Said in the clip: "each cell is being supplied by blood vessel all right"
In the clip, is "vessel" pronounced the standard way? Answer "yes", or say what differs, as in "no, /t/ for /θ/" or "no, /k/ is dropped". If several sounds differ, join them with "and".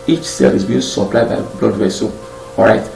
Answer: no, /w/ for /v/